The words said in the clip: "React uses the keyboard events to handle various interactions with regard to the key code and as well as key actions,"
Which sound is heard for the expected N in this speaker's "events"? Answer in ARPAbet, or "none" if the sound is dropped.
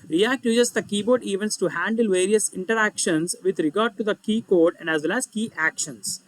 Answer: N